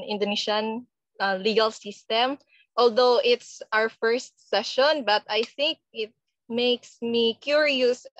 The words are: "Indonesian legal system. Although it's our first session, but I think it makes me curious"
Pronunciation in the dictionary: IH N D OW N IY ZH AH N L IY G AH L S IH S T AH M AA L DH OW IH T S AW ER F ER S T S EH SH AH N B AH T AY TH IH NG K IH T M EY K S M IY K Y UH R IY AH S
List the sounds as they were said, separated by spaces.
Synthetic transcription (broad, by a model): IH N D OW N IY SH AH N L IY G AH L S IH S T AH M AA L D OW IH T S AW ER F ER S T S EH SH AH N B AH T AY TH IH NG K IH T M EY K S M IY K Y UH R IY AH S